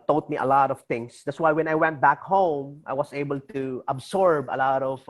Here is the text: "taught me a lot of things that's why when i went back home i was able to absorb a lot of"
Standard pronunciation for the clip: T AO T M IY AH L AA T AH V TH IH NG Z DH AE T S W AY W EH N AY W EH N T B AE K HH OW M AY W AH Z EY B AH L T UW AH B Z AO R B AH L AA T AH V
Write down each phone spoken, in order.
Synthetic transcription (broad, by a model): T AO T M IY AH L AA T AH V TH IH NG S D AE T S W AY W EH N AY W EH N T B AE K HH OW M AY W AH S EY B AH L T UW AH B S AO R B AH L AA T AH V